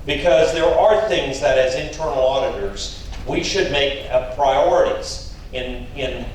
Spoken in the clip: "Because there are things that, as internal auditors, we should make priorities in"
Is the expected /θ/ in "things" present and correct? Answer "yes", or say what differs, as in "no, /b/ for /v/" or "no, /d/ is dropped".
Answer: yes